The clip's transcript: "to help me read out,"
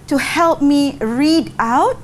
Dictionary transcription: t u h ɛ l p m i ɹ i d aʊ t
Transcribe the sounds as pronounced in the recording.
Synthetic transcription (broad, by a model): t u h ɛ l p m i ɹ i d aʊ t